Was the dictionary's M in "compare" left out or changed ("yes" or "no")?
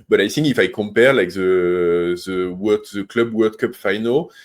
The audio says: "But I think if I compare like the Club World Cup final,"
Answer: no